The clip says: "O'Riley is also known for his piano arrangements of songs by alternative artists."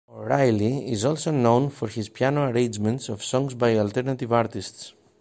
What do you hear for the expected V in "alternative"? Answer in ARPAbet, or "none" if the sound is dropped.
V